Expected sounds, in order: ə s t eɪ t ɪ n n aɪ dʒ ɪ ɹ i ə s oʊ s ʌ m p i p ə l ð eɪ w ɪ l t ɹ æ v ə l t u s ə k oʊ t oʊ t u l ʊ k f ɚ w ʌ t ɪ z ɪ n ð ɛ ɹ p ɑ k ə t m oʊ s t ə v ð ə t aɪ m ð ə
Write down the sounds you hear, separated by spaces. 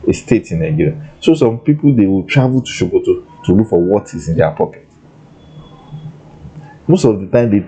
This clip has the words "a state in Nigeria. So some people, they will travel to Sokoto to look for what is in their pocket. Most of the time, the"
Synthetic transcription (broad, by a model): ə s t eɪ t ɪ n n aɪ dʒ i ɹ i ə s oʊ s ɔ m p i p ə l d eɪ w ɪ l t ɹ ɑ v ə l t u ʃ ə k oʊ t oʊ t u l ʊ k f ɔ w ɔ t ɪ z ɪ n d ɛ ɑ p ɑ k ə t m oʊ s t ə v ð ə t aɪ m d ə